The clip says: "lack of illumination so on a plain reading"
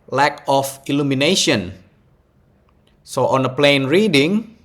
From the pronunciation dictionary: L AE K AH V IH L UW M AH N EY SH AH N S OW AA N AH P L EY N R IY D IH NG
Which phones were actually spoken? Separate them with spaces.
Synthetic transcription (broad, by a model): L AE K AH F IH L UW M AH N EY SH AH N S OW AA N AH P L EY N R IY D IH NG